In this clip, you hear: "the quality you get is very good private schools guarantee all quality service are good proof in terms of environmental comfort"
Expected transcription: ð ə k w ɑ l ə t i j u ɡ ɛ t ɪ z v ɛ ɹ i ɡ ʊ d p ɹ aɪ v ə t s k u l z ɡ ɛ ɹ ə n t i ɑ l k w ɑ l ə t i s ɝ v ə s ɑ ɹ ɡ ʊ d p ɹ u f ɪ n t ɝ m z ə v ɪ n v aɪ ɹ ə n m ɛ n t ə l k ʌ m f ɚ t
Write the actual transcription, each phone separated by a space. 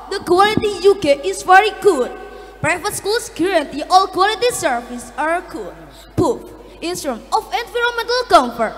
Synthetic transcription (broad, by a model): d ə k w ɑ l ə t i j u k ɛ t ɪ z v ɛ ɹ i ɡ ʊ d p ɹ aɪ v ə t s k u l s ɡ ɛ ɹ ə n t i ɑ l k w ɑ l ə t i s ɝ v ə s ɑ ɹ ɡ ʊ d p u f ɪ n s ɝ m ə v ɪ n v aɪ ɹ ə n m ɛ n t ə l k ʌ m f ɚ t